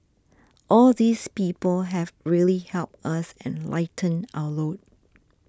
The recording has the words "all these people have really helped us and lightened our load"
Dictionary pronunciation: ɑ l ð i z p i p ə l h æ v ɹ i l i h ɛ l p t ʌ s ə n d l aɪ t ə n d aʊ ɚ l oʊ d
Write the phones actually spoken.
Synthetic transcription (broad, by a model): ɑ l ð i s p i p ə l h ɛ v ɹ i l i h ɛ l p t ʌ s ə n l aɪ t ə n aʊ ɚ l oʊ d